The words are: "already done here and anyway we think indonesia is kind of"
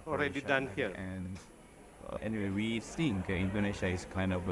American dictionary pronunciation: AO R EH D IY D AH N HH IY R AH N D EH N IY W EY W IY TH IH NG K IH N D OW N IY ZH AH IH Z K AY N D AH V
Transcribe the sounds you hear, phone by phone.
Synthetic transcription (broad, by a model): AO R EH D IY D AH N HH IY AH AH N EH N IY W EY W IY S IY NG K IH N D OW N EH SH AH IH S K AY N D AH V